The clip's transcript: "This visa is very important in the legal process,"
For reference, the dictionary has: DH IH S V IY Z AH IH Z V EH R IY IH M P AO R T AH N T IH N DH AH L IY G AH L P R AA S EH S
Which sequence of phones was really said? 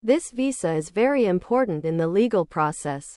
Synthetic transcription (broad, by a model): DH IH S V IY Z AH IH Z V EH R IY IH M P AO R T N T IH N DH AH L IY G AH L P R AA S EH S